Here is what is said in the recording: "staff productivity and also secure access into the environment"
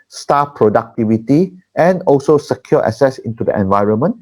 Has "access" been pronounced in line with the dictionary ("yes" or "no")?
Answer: no